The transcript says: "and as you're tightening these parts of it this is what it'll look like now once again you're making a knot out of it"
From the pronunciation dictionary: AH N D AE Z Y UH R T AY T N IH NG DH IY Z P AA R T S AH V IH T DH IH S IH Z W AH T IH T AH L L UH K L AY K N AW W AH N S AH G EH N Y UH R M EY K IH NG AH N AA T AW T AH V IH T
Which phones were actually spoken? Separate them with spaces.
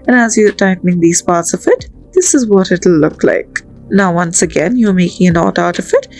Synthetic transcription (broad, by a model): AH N AE Z Y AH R T AY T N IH NG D IY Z P AA R T S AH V IH T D IH S IH Z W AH T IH T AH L L UH K L AY K N AW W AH N S AH G EH N Y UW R M EY K IH NG AH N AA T AW T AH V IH T